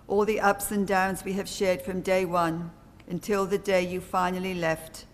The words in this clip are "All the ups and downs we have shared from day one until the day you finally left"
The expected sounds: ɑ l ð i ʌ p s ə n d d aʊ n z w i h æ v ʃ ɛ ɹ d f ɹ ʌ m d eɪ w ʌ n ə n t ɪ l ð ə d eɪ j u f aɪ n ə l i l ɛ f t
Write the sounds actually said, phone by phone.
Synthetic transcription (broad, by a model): ɑ l ð i ʌ p s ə n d d aʊ n z w i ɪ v ʃ ɛ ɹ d f ɹ ʌ m d eɪ w ʌ n ə n t ɪ l ð ə d eɪ j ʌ f aɪ n ə l i l ɛ f t